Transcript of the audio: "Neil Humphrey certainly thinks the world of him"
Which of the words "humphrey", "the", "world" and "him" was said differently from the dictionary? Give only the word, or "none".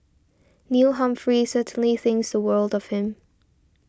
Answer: none